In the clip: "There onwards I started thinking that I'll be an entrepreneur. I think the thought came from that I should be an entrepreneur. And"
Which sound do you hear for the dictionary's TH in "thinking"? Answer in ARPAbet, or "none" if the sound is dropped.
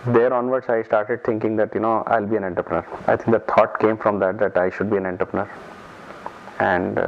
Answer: T